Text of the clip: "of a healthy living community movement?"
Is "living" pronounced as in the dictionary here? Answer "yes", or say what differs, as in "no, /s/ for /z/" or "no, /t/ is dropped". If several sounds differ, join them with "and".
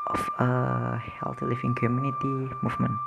no, /f/ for /v/